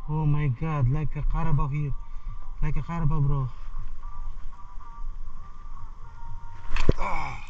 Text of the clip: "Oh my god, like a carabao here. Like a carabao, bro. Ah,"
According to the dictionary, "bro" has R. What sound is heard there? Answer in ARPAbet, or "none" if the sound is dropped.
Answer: R